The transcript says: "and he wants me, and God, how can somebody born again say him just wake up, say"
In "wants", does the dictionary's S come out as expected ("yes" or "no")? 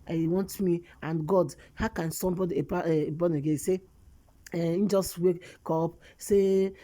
no